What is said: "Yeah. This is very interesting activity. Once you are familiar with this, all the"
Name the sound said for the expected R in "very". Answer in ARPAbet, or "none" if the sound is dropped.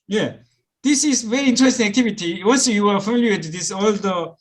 R